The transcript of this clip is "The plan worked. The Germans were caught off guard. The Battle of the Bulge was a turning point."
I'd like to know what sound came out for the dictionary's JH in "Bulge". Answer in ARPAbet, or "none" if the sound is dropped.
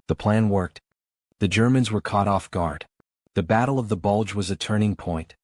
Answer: JH